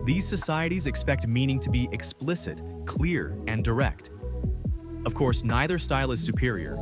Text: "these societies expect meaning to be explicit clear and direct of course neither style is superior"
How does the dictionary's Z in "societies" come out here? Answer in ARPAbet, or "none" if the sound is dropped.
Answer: Z